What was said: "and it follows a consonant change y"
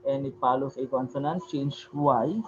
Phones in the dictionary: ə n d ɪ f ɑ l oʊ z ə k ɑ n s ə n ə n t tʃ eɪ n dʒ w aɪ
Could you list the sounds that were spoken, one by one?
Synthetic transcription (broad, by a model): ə n ɪ p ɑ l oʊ s ə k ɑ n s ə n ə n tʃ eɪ n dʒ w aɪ